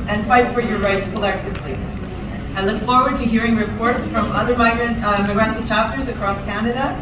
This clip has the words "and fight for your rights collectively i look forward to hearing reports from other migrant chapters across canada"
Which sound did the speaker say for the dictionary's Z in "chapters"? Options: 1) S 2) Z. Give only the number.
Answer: 2